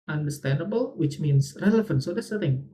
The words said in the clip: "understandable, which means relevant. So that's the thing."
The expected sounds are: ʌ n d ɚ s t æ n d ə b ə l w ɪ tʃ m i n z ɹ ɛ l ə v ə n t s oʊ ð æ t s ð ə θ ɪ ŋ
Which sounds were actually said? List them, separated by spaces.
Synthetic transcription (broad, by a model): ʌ n d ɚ s t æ n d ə b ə l w ɪ tʃ m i n s ɹ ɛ l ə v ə n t s oʊ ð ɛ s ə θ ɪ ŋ